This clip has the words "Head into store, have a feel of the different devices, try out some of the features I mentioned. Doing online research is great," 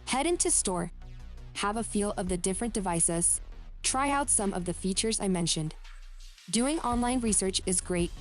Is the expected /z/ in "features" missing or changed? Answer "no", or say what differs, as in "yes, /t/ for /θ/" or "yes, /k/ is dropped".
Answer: no